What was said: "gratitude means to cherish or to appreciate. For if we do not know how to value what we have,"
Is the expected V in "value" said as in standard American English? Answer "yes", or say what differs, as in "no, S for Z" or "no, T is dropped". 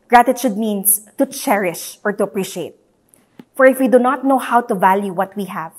yes